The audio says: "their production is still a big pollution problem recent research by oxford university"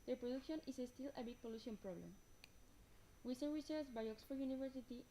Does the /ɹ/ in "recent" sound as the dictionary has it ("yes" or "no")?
no